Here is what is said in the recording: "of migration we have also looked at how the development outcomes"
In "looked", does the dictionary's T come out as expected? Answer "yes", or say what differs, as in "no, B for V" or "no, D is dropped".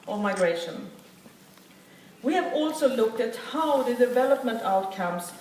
yes